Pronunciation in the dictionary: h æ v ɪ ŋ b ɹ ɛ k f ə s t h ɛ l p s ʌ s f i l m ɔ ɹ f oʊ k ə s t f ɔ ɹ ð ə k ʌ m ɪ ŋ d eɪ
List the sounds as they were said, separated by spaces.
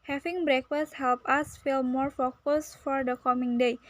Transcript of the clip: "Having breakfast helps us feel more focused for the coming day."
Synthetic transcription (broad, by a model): h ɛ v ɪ ŋ b ɹ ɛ k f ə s h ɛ l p ʌ s f i l m ɔ ɹ f oʊ k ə s f ɔ ɹ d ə k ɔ m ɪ ŋ d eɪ